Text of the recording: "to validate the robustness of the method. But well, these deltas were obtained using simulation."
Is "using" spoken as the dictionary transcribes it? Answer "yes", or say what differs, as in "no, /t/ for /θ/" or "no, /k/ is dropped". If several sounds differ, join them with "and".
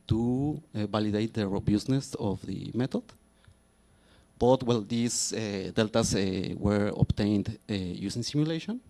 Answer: no, /s/ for /z/